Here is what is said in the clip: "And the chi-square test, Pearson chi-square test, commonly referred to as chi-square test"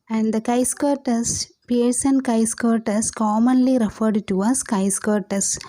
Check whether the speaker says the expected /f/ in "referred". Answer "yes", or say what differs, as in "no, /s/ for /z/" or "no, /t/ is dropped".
yes